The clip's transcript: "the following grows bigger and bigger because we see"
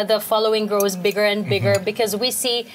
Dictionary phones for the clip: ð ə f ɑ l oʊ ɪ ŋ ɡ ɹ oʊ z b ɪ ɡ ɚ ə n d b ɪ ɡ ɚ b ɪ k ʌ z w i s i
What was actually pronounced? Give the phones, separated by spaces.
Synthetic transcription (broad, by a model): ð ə f ɑ l oʊ ɪ ŋ ɡ ɹ oʊ z b ɪ ɡ ɚ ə n b ɪ ɡ ɚ b ɪ k ʌ z w i s i